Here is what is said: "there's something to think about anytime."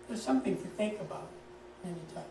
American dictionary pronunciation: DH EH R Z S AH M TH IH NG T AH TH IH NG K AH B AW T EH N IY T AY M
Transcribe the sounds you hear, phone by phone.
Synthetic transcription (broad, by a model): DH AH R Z S AH M TH IH NG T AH TH IH NG K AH B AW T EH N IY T AY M